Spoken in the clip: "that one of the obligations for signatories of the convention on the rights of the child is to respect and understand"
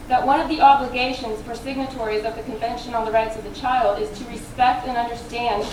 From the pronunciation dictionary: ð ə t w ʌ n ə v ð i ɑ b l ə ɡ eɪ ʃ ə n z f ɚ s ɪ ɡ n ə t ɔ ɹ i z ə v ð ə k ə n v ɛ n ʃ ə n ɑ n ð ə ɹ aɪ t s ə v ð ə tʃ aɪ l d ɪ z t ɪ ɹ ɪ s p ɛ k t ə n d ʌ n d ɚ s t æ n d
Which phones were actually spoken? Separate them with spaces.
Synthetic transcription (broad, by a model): ð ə t w ʌ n ə v ð i ɑ b l ə ɡ eɪ ʃ ə n z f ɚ s ɪ ɡ n ə t ɔ ɹ i z ə v ð ə k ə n v ɛ n ʃ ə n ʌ n ð ə ɹ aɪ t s ə v ð ə tʃ aɪ l d ɪ z t ɪ ɹ ɪ s p ɛ k t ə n ʌ n d ɚ s t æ n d